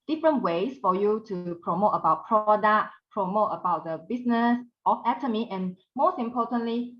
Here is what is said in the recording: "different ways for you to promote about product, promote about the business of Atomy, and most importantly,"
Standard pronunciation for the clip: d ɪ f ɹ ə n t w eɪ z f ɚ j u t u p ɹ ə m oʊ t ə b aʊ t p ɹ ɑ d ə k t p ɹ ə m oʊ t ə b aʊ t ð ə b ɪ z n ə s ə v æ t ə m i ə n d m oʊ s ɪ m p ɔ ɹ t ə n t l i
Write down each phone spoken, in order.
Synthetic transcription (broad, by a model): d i f ɹ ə n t w eɪ s f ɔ j u t u p ɹ ə m oʊ t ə b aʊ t p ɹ ɑ d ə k p ɹ ə m oʊ t ə b aʊ t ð ə b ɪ s n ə s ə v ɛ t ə m i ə n m oʊ s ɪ m p ɔ t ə n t l i